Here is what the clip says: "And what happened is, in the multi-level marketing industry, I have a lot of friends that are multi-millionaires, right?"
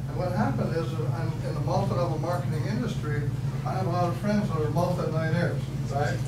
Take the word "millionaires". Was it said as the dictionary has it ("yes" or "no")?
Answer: no